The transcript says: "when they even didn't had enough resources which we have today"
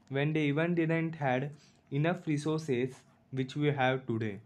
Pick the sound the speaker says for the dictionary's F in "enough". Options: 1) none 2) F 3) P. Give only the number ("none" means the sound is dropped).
2